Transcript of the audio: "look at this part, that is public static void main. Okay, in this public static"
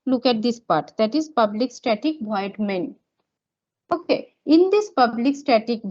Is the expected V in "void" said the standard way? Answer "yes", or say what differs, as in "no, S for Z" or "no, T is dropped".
no, B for V